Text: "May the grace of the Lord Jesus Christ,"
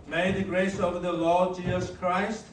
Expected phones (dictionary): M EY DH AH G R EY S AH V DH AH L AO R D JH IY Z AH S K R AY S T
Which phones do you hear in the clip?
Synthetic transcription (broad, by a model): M EY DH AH G R EY S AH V DH AH L AO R D JH IY Z AH S K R AY S T